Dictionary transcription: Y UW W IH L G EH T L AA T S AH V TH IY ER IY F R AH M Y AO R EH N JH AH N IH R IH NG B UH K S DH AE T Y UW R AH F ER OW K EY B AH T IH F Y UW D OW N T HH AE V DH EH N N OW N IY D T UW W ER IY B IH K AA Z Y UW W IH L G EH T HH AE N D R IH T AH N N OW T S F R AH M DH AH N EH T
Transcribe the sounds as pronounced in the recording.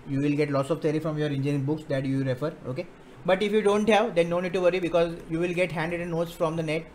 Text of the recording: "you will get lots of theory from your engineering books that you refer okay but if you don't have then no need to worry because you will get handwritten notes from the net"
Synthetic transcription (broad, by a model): Y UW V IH L G EH T L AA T S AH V T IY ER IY F R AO M Y AO R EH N JH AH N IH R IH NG B UH K S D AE T Y UW R AH F ER OW K EY B AH T IH F Y UW D OW N T HH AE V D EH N N OW N IY D T UW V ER IY B IH K AA Z Y UW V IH L G EH T HH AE N D IH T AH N N OW T S F R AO M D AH N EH T